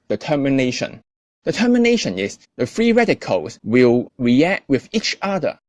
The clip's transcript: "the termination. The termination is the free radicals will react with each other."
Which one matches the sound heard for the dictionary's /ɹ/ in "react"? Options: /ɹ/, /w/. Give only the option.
/ɹ/